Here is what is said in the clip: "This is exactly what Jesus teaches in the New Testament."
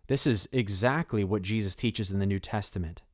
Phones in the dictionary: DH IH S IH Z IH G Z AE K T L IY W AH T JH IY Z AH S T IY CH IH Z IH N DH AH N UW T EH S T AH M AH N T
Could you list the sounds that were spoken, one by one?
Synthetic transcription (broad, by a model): DH IH S IH Z IH G Z AE K T L IY W AH T JH IY Z AH S T IY CH IH Z IH N DH AH N UW T EH S T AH M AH N T